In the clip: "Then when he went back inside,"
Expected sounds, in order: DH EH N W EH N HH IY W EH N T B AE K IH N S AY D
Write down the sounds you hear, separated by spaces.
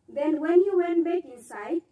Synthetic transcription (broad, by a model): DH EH N W EH N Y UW W EH N T B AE K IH N S AY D